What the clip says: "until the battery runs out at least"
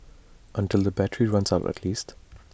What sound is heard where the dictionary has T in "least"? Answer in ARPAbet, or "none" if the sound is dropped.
T